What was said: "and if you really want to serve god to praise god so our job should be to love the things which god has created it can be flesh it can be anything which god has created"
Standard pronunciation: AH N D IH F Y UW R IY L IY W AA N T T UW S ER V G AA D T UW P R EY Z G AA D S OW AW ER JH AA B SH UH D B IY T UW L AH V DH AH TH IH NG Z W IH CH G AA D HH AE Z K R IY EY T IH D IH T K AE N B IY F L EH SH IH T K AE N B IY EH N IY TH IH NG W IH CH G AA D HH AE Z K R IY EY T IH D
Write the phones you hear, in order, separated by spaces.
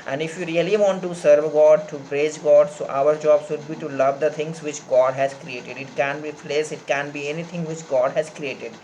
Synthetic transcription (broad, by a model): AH N D IH F Y UW R IY L IY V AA N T T UW S ER V G AA D T UW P R EY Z G AA D S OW AW ER JH AA B S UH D B IY T UW L AH V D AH T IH NG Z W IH CH G AA D HH AE Z K R IY EY T IH D IH T K AE N B IY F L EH S IH T K AE N B IY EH N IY T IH NG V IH CH G AA D HH AE Z K R IY EY T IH D